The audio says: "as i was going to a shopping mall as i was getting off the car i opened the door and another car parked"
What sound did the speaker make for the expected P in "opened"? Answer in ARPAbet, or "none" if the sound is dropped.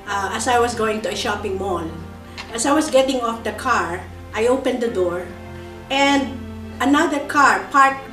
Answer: P